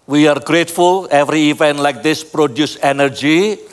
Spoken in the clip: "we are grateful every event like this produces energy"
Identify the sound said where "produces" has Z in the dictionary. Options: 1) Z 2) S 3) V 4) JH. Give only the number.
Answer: 2